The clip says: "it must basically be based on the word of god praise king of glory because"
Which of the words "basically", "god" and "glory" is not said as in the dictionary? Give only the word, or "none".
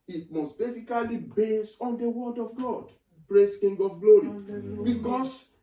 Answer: basically